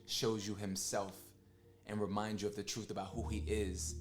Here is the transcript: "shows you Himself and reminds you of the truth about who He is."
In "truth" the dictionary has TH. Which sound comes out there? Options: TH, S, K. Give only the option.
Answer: TH